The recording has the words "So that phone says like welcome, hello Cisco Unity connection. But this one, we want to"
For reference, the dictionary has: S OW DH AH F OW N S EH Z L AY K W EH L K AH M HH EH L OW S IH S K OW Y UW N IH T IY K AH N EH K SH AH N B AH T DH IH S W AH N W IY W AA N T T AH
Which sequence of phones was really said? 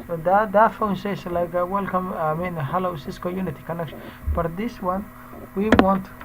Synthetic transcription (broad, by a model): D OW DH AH F OW N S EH S L AY K W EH L K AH M HH EH L OW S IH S K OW Y UW N IH T IY K AH N EH K SH AH N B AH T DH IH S W AH N W IY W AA N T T